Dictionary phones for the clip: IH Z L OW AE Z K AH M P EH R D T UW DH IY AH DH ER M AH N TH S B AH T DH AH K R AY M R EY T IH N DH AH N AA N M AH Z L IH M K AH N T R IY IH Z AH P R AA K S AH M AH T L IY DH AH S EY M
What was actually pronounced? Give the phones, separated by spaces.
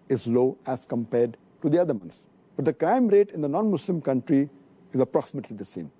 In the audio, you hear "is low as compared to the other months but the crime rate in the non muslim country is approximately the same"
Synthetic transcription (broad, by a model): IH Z L OW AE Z K AH M P EH R D T UW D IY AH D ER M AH N T S B AH T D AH K R AY M R EY T IH N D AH N AA N M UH S L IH M K AH N T R IY IH Z AH P R AA K S AH M AH T L IY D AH S EY M